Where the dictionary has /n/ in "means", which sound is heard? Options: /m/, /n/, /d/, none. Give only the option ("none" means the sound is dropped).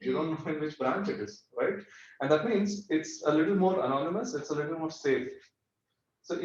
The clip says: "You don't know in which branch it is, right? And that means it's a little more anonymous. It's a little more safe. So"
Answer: /n/